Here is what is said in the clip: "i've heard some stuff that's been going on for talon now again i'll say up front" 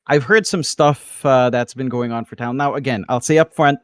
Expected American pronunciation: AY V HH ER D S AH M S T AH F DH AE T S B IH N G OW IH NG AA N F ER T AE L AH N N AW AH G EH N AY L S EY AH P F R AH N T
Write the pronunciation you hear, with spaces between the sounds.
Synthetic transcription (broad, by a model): AY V HH ER D S AH M S T AH F DH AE T S B IH N G OW IH NG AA N F ER T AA AH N N AW AH G EH N AY L S EY AH P F R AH N T